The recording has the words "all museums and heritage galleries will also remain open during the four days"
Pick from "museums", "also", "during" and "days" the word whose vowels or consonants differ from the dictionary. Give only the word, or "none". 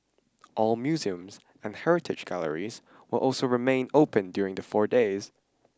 none